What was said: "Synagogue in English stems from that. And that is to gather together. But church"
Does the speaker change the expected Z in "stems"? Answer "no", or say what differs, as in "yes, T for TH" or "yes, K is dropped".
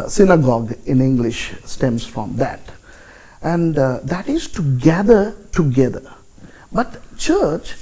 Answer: yes, S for Z